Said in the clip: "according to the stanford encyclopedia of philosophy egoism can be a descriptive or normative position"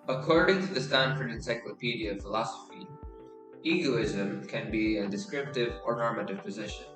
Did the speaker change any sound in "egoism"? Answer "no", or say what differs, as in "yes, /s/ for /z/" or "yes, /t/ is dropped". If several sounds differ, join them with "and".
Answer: no